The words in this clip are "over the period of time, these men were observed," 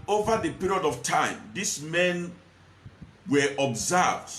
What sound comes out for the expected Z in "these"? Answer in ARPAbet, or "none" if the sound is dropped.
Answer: S